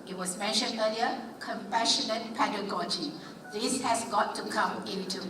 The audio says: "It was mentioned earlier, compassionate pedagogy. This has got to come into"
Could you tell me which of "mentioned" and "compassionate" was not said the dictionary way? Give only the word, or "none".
none